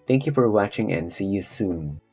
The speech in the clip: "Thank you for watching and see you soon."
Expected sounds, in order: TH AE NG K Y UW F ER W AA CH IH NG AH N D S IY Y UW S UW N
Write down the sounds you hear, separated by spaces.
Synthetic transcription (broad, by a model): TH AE NG K Y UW F ER W AA CH IH NG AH N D S IY Y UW S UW N